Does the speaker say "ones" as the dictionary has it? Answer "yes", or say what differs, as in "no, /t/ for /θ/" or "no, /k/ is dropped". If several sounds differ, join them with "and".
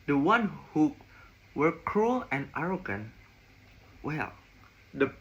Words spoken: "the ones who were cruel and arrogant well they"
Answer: no, /z/ is dropped